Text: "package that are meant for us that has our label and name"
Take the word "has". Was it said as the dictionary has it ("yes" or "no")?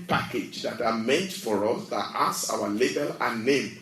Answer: no